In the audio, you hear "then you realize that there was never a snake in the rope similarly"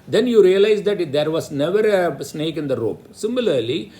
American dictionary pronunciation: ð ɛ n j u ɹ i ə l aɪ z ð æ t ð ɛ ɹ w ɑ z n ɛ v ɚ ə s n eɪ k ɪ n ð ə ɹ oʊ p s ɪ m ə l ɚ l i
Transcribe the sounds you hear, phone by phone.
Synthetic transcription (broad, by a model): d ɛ n j u ɹ i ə l aɪ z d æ t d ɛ ɹ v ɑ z n ɛ v ɚ ə s n eɪ k ɪ n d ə ɹ oʊ p s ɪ m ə l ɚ l i